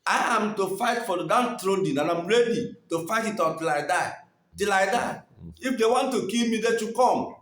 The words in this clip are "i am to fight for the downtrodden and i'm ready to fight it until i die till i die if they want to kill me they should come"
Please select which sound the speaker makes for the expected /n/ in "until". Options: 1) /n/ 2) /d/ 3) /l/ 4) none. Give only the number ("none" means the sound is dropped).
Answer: 4